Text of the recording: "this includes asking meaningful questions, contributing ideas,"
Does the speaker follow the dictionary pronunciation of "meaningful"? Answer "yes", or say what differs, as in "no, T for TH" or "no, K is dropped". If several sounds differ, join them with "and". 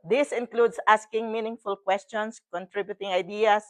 yes